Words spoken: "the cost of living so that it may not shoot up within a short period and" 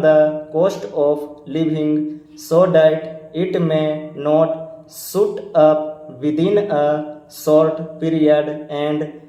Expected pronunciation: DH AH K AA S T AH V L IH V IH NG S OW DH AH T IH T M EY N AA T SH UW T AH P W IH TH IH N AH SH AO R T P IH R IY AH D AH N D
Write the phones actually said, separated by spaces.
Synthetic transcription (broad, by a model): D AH K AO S T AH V L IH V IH NG S OW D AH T IH T M EY N AA T S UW T AH P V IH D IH N AH S AO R T P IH R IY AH D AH N D